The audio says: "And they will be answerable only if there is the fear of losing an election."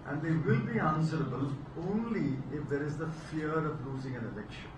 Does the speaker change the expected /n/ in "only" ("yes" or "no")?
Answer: no